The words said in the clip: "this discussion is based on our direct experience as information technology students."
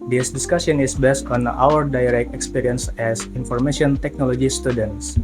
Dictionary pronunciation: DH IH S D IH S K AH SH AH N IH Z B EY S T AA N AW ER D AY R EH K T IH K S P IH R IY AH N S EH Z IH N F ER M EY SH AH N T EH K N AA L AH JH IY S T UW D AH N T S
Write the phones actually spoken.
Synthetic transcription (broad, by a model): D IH S D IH S K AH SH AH N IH S B EY S T AA N AW ER D AY R EH K T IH K S P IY R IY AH N S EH S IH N F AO M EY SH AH N T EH K N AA L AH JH IY S T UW D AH N T S